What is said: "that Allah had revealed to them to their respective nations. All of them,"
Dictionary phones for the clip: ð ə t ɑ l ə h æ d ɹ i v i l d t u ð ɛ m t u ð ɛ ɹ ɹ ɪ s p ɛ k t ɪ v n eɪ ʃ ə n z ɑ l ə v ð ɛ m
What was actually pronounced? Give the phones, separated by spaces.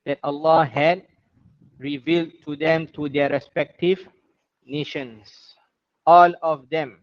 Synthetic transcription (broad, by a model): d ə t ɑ l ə h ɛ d ɹ i v i l d t u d ɛ m t u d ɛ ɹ ɹ ɪ s p ɛ k t ɪ v n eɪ ʃ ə n s ɑ l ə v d ɛ m